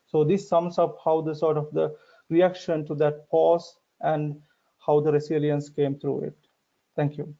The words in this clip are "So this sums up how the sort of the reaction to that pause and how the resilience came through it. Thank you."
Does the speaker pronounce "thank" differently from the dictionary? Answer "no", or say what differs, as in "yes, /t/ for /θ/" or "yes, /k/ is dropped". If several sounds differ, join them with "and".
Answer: yes, /t/ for /θ/